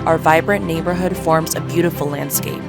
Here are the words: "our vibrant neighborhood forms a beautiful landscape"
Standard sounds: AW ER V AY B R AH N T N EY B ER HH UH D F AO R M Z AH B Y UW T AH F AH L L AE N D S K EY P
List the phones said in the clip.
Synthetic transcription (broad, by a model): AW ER V AY B R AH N N EY B ER HH UH D F AO R M Z AH B Y UW T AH F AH L L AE N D S K EY P